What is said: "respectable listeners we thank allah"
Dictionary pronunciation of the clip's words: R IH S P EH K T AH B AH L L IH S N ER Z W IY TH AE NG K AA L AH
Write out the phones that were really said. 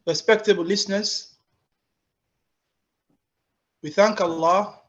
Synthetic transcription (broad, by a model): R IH S P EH K T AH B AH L L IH S N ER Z W IY TH AE NG K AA L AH